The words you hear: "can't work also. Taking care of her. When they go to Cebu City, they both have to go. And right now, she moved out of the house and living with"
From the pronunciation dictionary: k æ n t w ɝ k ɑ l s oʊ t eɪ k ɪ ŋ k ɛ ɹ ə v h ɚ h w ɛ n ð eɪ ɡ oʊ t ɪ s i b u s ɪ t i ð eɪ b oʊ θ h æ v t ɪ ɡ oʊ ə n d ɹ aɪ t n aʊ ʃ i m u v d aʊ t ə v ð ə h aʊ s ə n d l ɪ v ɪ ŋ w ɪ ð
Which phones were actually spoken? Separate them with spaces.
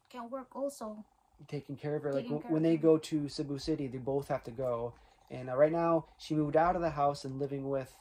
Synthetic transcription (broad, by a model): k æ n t w ɝ k ɑ l s oʊ t eɪ k ɪ ŋ k ɛ ɹ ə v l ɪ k w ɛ n ð eɪ ɡ oʊ t ɪ s i b u s ɪ t i ð eɪ b oʊ θ h æ f t ɪ ɡ oʊ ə n ɹ aɪ t n aʊ ʃ i m u v d aʊ t ə v ð ə h aʊ s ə n l ɪ v ɪ ŋ w ɪ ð